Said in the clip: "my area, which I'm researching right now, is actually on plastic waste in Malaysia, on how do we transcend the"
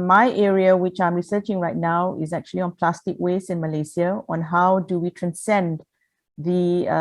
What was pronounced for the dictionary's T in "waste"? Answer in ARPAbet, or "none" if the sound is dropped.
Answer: none